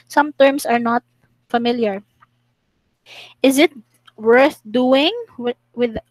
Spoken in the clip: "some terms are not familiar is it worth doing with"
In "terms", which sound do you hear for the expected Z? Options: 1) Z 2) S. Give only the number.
2